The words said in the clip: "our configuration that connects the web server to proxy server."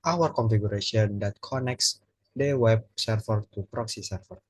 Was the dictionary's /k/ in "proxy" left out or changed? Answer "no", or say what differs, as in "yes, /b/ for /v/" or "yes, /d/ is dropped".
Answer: no